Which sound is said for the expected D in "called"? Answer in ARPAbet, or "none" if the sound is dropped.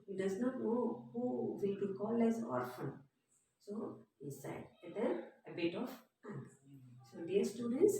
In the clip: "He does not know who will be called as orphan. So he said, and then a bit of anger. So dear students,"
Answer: none